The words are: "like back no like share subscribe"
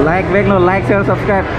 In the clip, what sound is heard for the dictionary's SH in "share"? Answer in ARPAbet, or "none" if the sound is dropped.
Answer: S